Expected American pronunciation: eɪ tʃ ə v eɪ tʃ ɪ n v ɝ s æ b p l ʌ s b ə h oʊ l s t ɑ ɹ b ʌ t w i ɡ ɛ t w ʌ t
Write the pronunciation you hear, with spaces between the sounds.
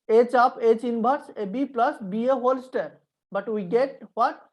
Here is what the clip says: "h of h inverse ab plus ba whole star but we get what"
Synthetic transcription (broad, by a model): eɪ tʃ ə p eɪ tʃ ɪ n b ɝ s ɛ b p l ʌ s b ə h oʊ l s t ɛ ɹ b ʌ t w i ɡ ɛ t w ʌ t